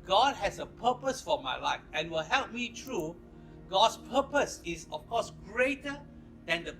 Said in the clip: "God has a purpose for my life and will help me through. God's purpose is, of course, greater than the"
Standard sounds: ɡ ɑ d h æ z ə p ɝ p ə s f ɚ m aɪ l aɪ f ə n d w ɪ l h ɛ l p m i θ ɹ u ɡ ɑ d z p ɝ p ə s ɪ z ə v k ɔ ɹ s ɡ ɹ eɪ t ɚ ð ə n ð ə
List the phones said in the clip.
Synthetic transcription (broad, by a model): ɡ ɑ d h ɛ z ə p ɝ p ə s f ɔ m aɪ l aɪ f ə n w ɪ l h ɛ l p m i t ɹ u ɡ ɑ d s p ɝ p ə s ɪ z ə f k ɔ s ɡ ɹ eɪ t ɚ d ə n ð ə